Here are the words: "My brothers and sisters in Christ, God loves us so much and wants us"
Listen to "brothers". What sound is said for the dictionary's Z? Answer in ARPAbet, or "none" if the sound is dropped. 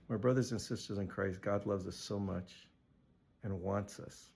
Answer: Z